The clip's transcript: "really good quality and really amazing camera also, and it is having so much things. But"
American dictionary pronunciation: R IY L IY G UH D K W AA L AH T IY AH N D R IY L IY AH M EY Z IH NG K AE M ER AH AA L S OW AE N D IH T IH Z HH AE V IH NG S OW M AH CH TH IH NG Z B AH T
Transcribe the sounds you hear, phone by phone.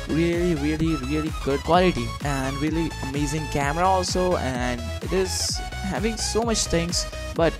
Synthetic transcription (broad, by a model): R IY L IY G UH D K W AA L AH T IY AH N D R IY L IY AH M EY Z IH NG K AE M ER AH AA L S OW AE N D IH T IH Z HH AE V IH NG S OW M AH CH T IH NG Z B AH T